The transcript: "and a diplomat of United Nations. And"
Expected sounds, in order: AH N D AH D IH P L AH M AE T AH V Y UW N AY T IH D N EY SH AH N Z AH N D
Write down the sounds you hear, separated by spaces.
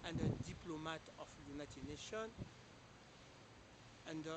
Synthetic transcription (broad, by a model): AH N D AH D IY P L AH M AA T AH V Y UW N AY T IH D N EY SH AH N AH N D